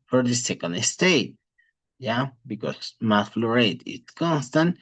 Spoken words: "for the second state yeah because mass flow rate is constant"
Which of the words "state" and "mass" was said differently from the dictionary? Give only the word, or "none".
mass